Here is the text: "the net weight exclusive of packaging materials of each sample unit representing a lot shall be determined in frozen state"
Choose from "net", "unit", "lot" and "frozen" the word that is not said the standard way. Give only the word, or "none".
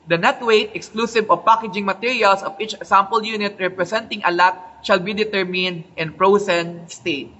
frozen